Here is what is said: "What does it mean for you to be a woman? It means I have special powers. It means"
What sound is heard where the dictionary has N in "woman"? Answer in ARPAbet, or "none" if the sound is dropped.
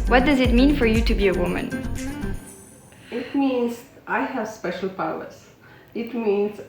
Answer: N